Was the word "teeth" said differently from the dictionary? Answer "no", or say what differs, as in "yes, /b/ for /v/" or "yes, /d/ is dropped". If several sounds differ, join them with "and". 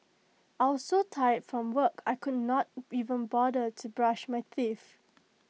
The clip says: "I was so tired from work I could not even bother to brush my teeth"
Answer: yes, /f/ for /θ/